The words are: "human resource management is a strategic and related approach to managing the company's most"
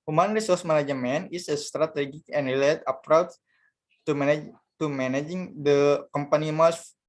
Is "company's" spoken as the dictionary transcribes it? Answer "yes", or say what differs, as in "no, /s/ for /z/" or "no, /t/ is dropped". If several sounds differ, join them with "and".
no, /z/ is dropped